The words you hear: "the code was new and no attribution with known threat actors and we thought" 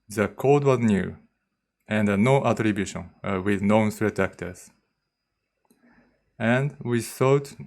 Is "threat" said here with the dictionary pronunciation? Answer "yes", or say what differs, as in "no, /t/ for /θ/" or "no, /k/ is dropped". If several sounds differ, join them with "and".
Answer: no, /s/ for /θ/